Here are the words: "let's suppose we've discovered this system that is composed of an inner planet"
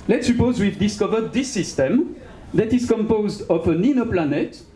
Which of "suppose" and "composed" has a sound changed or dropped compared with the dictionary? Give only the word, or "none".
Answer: none